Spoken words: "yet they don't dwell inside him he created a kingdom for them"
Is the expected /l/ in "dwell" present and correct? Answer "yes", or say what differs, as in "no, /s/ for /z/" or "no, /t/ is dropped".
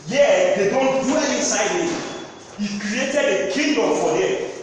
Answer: no, /n/ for /l/